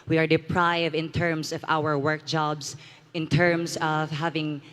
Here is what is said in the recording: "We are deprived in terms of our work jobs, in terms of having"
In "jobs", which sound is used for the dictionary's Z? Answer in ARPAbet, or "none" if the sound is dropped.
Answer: S